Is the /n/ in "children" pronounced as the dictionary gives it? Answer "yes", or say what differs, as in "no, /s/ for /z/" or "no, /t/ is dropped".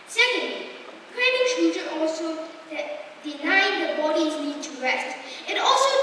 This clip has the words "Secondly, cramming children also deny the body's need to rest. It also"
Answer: no, /n/ is dropped